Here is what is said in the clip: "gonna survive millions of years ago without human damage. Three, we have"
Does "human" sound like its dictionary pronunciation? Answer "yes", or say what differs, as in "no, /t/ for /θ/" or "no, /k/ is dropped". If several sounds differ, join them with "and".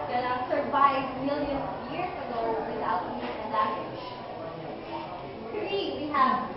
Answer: no, /m/ is dropped